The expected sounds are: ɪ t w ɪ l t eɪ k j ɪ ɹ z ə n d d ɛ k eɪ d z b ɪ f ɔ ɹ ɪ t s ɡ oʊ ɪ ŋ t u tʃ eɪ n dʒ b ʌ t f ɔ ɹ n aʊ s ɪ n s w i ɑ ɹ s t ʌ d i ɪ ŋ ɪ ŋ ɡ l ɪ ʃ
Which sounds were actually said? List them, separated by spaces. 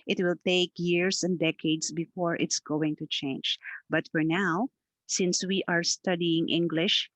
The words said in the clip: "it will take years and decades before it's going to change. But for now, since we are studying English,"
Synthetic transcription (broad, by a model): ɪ t w ɪ l t eɪ k j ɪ ɹ s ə n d d ɛ k eɪ d s b ɪ f ɔ ɹ ɪ t s ɡ oʊ ɪ ŋ t u tʃ eɪ n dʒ b ʌ t f ɔ ɹ n aʊ s ɪ n s w i ɑ ɹ s t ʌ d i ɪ ŋ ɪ ŋ ɡ l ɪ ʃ